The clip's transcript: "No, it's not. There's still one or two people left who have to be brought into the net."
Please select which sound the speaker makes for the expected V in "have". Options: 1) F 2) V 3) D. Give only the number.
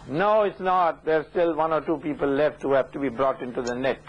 1